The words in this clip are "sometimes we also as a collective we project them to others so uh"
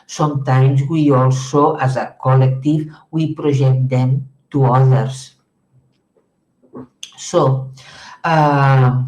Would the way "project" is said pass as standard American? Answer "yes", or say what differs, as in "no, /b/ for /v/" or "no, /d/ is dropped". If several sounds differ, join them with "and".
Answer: no, /ʒ/ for /dʒ/